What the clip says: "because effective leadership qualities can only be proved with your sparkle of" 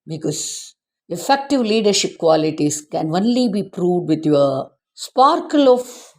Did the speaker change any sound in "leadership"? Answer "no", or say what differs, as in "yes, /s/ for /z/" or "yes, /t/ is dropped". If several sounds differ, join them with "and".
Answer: no